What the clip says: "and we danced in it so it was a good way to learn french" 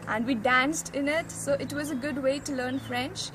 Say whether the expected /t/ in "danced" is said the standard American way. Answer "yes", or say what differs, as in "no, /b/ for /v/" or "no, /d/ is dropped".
yes